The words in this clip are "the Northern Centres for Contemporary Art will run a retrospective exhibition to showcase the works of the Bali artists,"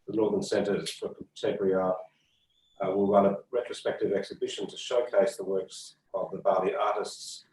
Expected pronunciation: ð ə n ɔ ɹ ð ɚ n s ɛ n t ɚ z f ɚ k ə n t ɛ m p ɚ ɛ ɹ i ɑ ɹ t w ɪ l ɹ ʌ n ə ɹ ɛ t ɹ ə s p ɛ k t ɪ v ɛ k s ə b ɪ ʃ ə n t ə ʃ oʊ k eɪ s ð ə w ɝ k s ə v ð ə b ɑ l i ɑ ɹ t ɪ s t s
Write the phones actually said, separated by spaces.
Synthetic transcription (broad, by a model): ð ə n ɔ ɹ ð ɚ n s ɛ n t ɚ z f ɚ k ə t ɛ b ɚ ɹ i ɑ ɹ w ɪ l ɹ ʌ n ə ɹ ɛ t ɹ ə s p ɛ k t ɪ v ɛ k s ə b ɪ ʃ ə n t ə ʃ oʊ k eɪ s ð ə w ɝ k s ə v ð ə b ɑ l i ɑ ɹ t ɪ s t s